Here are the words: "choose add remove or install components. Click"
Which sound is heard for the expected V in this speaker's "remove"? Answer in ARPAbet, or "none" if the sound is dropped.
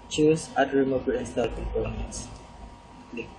B